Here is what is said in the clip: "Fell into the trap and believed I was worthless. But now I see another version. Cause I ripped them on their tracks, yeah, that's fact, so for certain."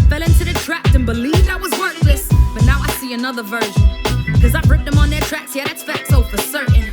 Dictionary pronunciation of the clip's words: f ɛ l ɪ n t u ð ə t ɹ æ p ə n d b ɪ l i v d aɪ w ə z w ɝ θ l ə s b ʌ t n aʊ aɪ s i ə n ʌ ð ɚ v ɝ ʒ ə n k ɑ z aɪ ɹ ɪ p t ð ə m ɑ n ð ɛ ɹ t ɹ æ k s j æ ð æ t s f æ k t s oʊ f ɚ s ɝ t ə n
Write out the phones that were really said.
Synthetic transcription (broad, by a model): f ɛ l ɪ n t u ð ə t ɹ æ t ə n b ɪ l i v d aɪ w ə z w ɝ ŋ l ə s b ʌ t n aʊ aɪ s i ə n ʌ ð ɚ v ɝ ʒ ə n k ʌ z aɪ ɹ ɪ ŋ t ð ə m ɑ n ð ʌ ɹ t ɹ æ k s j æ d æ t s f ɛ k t s oʊ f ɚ s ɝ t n